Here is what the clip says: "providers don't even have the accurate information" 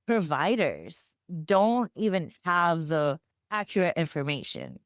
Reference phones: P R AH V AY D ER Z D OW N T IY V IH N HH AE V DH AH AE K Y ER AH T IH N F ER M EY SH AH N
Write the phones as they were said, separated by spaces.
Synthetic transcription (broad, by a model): P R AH V AY D ER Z D OW N T IY V IH N HH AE V DH AH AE K Y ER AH T IH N F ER M EY SH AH N